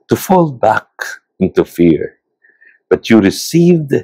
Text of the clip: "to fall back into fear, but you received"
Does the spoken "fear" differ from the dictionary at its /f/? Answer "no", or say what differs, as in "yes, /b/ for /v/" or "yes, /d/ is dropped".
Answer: no